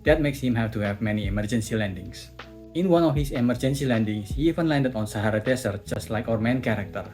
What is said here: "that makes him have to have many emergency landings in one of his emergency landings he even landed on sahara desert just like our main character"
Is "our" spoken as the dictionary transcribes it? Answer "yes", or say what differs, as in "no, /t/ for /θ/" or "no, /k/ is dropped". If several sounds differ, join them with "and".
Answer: yes